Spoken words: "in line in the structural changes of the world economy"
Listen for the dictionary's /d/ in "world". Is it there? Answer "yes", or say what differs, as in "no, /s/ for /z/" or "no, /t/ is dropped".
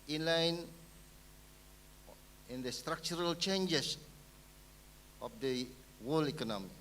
no, /d/ is dropped